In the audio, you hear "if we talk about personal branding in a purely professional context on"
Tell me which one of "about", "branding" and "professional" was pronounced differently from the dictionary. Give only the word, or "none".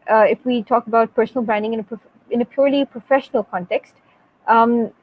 branding